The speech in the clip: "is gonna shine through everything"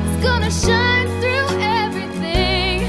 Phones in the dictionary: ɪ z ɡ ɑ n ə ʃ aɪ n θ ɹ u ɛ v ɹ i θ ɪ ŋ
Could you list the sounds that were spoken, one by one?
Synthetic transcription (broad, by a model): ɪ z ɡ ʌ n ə ʃ aɪ n θ ɹ u ɛ v ɹ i θ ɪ ŋ